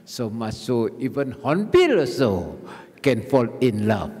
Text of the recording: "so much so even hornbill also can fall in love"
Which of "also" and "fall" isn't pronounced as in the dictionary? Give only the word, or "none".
also